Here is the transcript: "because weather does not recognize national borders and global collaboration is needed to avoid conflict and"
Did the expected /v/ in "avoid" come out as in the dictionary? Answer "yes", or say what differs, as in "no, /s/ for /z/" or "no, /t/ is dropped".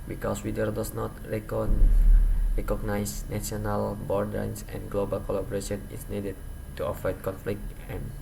no, /f/ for /v/